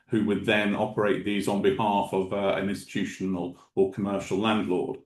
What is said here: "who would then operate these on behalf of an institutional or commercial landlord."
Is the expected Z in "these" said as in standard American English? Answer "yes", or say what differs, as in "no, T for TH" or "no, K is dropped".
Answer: yes